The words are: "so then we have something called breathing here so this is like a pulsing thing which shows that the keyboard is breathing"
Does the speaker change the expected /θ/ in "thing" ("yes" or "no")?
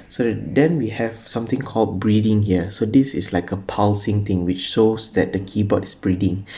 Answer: yes